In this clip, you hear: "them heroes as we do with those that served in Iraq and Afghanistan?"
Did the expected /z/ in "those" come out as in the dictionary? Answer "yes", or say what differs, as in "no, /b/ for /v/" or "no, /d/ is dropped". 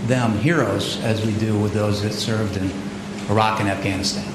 yes